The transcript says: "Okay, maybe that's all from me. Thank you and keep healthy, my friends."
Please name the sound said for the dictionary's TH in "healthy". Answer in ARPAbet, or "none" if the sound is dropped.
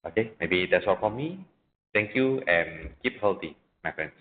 T